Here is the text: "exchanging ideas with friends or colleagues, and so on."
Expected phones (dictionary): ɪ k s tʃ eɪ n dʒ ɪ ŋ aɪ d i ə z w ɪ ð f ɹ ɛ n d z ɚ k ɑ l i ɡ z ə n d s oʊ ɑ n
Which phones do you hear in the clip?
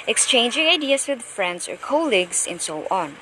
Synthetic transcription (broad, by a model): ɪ k s tʃ eɪ n dʒ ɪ ŋ aɪ d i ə s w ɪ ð f ɹ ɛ n d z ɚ k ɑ l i ɡ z ə n d s oʊ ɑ n